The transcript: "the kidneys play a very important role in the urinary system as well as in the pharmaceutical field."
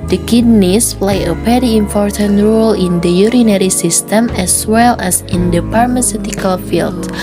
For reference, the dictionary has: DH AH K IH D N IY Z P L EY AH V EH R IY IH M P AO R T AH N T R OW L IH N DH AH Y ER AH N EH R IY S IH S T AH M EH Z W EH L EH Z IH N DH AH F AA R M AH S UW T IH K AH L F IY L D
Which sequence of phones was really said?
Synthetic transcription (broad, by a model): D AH K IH D N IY S P L EY AH P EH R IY IH M P AO R T AH N T R OW L IH N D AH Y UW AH N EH R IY S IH S T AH M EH S W EH L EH S IH N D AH P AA R M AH S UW T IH K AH L F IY L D